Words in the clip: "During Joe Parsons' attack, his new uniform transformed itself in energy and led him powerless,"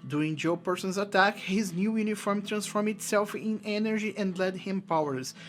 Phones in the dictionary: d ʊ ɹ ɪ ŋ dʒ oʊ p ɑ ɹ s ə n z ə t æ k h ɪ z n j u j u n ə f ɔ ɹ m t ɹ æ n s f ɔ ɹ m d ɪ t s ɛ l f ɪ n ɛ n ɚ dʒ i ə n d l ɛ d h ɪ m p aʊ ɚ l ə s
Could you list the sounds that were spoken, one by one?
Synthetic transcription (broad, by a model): d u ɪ ŋ dʒ oʊ p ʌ ɹ s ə n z ə t æ k h ɪ z n j u j u n ə f ɔ ɹ m t ɹ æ n s f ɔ ɹ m ɪ t s ɛ l f ɪ n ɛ n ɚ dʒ i ə n d l ɛ d h ɪ m p aʊ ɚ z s